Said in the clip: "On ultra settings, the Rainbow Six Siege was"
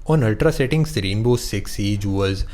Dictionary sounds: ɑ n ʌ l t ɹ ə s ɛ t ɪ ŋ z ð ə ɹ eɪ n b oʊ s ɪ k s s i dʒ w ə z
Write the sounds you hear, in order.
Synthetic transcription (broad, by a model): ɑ n ʌ l t ɹ ə s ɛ t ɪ ŋ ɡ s ɹ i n b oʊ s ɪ k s s i dʒ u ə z